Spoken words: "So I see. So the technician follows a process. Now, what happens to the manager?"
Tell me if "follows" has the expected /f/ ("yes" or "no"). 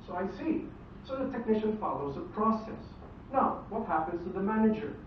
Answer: yes